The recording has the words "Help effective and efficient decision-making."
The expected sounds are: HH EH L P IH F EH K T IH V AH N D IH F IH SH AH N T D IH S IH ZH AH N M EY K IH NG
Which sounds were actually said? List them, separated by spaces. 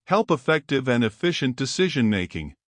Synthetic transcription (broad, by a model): HH EH L P IH F EH K T IH V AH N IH F IH SH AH N D IH S IH ZH AH N M EY K IH NG